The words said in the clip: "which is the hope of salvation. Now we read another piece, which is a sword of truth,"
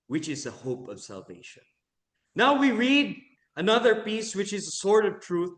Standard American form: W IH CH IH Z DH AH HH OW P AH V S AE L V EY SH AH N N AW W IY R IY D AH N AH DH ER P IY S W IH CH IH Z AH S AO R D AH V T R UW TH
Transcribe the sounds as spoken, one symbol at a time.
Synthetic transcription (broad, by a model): W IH CH IH Z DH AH HH OW P AH V S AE L V EY SH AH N N AW W IY R IY D AH N AH DH ER P IY S W IH CH IH Z AH S AO R D AH V T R UW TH